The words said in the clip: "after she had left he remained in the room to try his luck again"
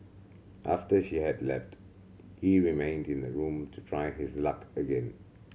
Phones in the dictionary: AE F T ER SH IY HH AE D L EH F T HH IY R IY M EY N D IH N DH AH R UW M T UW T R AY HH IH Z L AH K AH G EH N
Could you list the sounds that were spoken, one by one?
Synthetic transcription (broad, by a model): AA F T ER SH IY HH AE D L EH F T HH IY R IY M EY N D IH N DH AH R UW M T UW T R AY HH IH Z L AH K AH G EH N